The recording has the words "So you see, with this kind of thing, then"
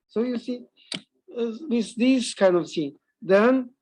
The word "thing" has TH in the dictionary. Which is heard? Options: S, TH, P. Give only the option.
S